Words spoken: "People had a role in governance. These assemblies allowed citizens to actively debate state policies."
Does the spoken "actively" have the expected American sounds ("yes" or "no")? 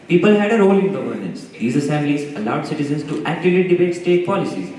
no